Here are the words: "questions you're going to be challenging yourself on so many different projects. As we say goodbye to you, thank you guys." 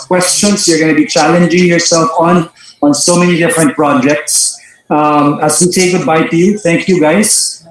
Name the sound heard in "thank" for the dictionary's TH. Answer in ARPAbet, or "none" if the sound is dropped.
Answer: T